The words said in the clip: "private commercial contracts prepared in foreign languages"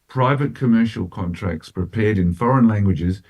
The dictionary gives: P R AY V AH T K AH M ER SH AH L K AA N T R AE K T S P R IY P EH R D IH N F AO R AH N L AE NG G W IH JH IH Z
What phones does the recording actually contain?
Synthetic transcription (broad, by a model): P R AY V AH T K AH M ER SH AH L K AA N T R AE K T S P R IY P EH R D IH N F AO R AH N L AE NG G W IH JH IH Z